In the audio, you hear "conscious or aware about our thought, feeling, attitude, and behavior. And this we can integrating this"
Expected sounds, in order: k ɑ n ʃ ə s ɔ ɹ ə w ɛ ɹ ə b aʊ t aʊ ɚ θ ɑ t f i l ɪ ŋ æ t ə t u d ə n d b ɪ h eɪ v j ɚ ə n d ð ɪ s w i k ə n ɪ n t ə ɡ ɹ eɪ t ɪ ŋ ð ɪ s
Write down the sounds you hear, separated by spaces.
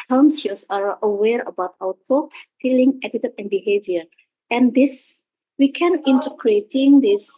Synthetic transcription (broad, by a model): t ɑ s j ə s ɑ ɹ ə w ɛ ɹ ə b aʊ t aʊ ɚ t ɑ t f i l ɪ ŋ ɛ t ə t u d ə n b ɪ h eɪ v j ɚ ə n d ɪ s w i k ə n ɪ n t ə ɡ ɹ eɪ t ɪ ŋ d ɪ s